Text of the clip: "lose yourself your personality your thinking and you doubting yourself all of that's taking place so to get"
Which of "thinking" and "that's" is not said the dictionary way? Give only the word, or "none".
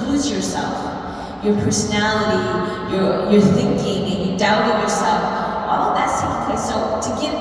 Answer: none